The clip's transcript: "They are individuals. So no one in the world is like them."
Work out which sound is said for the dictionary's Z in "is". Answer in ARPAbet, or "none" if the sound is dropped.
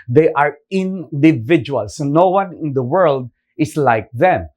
S